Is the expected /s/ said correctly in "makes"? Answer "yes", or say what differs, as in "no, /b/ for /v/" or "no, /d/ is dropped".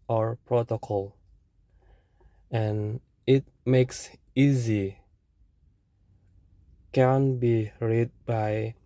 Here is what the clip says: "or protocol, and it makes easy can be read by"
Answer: yes